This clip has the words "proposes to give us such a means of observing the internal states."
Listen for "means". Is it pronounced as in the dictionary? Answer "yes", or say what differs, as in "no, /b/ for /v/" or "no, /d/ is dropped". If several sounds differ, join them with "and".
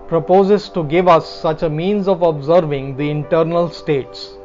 yes